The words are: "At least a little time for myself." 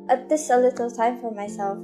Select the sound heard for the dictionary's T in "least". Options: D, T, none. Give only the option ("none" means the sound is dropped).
none